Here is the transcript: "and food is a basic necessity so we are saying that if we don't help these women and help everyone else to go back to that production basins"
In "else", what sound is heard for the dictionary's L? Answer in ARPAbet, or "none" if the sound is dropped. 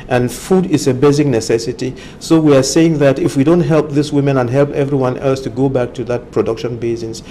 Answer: L